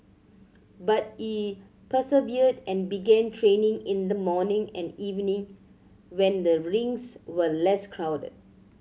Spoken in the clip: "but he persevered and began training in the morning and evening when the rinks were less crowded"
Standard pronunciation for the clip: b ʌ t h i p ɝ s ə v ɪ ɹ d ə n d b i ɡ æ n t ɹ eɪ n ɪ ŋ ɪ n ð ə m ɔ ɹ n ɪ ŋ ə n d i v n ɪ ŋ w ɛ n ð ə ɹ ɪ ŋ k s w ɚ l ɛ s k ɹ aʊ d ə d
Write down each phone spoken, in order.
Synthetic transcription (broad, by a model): b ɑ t h i p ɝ s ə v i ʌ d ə n b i ɡ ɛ n t ɹ eɪ n ɪ ŋ ɪ n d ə m ɔ n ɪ ŋ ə n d i v n ɪ ŋ w ɛ n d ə ɹ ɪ ŋ s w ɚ l ɛ s k ɹ aʊ d ə d